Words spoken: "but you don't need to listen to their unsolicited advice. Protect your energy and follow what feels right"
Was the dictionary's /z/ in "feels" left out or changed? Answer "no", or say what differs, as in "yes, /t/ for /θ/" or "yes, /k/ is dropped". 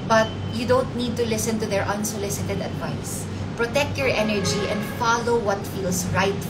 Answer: yes, /s/ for /z/